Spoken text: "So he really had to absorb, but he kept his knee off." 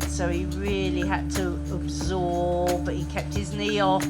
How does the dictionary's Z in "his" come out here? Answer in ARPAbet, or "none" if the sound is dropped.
Z